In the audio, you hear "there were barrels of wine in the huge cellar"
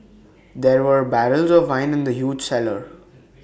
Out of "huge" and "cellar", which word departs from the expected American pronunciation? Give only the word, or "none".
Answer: none